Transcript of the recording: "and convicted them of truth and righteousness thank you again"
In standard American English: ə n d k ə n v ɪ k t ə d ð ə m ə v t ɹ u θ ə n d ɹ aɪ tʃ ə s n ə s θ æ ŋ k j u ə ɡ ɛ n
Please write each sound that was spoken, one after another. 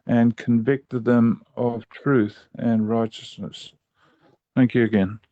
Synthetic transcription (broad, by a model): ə n k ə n v ɪ k t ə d ð ə m ə v t ɹ u θ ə n ɹ aɪ tʃ ə s n ə s θ æ ŋ k j u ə ɡ ɛ n